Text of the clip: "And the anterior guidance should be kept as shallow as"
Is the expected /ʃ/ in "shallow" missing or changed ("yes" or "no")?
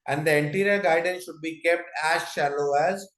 no